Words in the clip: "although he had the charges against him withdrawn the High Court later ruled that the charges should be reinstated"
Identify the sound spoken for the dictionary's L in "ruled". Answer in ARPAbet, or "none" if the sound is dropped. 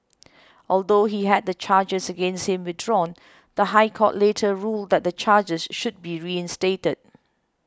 L